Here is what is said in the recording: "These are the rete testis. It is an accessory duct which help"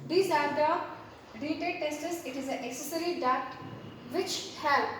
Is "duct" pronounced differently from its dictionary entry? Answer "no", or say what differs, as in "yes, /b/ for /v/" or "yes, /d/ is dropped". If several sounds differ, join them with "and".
yes, /k/ is dropped